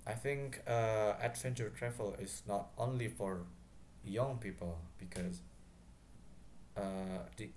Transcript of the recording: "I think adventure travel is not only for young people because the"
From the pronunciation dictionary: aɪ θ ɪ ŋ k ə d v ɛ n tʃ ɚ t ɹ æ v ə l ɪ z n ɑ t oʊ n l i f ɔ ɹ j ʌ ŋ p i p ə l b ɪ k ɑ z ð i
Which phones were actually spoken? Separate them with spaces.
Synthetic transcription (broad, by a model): aɪ θ ɪ ŋ k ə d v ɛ n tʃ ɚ t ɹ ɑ f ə l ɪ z n ɑ t oʊ n l i f ɔ ɹ j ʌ ŋ p i p ə l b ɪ k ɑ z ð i